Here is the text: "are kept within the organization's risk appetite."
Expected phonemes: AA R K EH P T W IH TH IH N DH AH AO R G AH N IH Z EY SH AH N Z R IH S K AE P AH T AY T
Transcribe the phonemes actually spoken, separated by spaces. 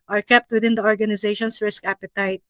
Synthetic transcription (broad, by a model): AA R K EH P T W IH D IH N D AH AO R G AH N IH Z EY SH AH N S R IH S K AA P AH T AY T